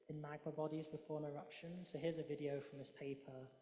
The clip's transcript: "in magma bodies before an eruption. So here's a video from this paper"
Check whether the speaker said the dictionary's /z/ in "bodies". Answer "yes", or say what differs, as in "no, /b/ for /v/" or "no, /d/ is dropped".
yes